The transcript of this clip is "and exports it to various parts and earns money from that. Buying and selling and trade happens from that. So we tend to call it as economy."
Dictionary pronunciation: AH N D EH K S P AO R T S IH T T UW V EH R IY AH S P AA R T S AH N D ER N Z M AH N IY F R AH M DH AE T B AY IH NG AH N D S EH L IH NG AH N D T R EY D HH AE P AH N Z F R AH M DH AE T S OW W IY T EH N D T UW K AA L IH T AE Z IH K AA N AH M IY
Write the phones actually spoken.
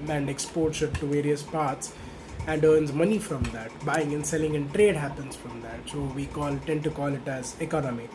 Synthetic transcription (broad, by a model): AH N D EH K S P AO R T SH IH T T UW V EH R IY AH S P AA R T S AH N D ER N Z M AH N IY F R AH M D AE T B AY IH NG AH N S EH L IH NG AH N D T R EY D HH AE P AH N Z F R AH M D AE T S OW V IY T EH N T UW K AA L IH T AE Z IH K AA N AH M IY